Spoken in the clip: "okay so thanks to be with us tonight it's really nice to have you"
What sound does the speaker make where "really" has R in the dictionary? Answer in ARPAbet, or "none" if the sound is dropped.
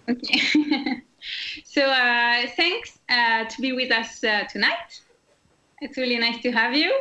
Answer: R